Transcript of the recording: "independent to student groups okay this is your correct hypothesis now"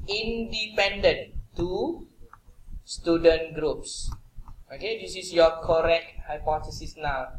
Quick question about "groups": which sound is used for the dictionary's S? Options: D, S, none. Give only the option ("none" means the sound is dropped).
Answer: S